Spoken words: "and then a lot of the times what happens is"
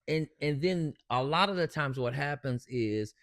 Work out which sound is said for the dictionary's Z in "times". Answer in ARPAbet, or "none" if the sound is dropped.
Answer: Z